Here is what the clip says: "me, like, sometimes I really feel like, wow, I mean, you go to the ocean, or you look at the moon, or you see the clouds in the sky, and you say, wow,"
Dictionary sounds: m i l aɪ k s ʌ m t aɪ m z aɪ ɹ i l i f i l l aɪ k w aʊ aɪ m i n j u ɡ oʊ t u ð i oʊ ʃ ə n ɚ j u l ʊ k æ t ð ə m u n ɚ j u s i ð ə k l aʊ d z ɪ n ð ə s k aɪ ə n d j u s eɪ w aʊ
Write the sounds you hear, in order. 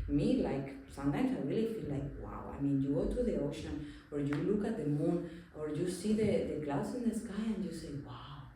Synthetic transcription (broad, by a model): m i l aɪ k s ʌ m t aɪ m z aɪ ɹ i l i f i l l aɪ k w aʊ aɪ m i n j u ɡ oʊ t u ð i oʊ ʃ ə n ɚ j u l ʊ k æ t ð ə m u n ɚ j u s i ð ə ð l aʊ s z ɪ n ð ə s k aɪ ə n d j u s eɪ w aʊ